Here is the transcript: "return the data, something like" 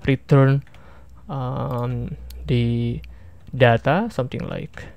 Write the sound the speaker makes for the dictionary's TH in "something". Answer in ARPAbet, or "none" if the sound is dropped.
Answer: T